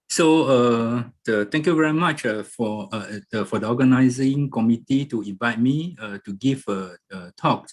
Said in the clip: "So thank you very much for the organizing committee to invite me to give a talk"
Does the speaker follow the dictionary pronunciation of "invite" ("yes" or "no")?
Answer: yes